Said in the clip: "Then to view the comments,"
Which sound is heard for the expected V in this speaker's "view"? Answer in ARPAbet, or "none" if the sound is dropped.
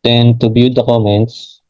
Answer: B